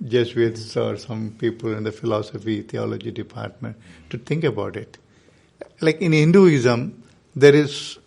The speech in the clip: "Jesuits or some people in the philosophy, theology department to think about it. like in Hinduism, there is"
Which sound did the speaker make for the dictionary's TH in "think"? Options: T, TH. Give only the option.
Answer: T